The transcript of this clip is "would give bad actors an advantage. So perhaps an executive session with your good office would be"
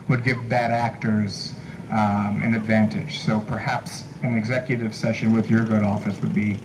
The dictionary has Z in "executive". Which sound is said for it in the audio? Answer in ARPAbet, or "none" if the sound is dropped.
Z